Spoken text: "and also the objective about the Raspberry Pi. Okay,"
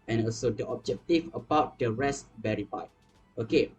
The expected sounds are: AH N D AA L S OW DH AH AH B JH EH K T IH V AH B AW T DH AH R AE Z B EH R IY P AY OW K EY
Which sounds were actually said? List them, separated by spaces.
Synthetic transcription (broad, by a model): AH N AA L S OW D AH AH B JH EH K T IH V AH B AW T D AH R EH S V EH R IY F AY OW K EY